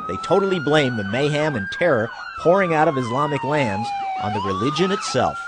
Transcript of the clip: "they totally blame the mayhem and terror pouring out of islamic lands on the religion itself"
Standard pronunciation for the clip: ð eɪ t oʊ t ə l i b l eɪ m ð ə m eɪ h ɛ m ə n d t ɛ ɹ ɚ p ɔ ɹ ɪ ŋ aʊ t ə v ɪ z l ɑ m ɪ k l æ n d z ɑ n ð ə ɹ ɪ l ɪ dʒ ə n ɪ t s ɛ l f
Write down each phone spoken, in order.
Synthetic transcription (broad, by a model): ð eɪ t oʊ t l i b l eɪ m ð ə m eɪ h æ m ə n t ɛ ɹ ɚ p ɔ ɹ ɪ ŋ aʊ t ə v ɪ z l ɑ m ɪ k l æ n d z n ð ə ɹ ɪ l ɪ dʒ ə n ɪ t s ɛ l f